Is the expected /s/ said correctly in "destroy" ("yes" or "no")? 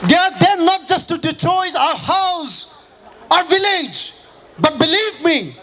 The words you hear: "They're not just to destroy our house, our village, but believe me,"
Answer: no